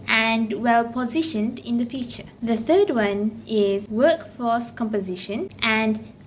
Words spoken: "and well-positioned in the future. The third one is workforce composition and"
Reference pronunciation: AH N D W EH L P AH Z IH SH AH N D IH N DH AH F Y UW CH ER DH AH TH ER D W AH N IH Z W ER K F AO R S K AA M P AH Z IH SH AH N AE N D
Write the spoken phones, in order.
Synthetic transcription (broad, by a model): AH N D W EH L P AH Z IH SH AH N D IH N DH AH F Y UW CH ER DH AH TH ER D W AH N IH Z W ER K F AO S K AA M P AH Z IH SH AH N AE N D